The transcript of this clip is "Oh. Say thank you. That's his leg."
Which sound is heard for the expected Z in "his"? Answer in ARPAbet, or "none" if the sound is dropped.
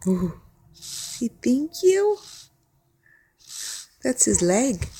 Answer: Z